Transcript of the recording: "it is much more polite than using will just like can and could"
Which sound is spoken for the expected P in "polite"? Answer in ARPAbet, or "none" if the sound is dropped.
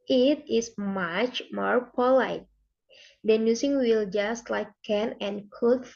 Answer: P